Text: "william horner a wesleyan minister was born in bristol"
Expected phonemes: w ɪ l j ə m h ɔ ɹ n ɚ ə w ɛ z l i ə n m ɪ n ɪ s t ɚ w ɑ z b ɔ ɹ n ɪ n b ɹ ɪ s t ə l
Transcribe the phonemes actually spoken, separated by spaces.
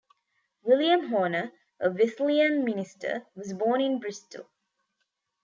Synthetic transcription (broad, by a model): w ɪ l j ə m h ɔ n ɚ ə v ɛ s l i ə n m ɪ n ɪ s t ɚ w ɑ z b ɔ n ɪ n b ɹ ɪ s t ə l